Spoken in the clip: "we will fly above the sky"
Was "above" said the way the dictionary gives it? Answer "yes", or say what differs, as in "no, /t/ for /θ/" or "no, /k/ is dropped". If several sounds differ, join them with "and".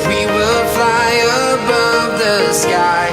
yes